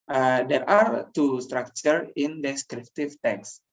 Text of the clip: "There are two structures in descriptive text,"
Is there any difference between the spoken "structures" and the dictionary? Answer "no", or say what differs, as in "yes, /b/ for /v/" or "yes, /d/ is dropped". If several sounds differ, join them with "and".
yes, /z/ is dropped